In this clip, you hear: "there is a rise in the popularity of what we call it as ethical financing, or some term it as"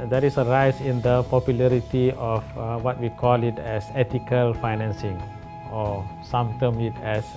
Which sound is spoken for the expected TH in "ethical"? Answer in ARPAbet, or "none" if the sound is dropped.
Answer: T